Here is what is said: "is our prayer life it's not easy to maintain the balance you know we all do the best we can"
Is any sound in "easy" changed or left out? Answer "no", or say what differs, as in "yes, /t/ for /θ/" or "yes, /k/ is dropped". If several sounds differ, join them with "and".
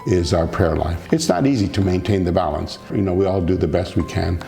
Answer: no